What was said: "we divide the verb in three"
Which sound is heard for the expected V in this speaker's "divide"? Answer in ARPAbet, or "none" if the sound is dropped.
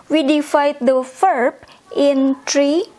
F